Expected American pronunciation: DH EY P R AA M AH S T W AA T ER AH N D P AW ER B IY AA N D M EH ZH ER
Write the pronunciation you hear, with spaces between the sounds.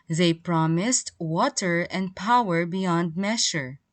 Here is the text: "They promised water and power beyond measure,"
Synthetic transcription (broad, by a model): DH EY P R AA M AH S T W AA T ER AH N D P AW ER B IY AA N D M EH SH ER